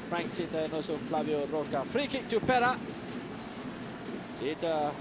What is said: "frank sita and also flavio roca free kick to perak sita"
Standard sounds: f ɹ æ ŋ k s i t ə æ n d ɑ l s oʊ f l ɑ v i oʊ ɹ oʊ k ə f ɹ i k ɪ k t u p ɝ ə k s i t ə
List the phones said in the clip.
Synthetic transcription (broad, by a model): f ɹ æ ŋ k s i t ə n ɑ s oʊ f l ɑ v i oʊ ɹ oʊ k ə f ɹ i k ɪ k t u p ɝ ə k s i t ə